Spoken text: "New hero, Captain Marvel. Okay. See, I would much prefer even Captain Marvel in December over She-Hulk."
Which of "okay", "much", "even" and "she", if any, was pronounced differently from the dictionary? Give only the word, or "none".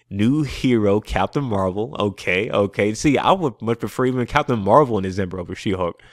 none